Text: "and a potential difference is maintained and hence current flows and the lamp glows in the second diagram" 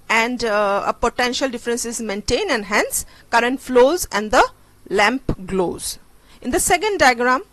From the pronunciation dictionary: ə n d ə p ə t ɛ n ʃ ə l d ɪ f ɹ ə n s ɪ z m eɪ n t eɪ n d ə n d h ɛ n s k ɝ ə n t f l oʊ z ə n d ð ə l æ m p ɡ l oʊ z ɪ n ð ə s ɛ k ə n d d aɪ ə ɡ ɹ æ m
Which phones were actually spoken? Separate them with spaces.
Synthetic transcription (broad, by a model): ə n d ə p ə t ɛ n ʃ ə l d ɪ f ɹ ə n s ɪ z m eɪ n t eɪ n ə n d h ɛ n s k ɝ ə n t f l oʊ z ə n d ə l æ m p ɡ l oʊ z ɪ n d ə s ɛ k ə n d d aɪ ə ɡ ɹ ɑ m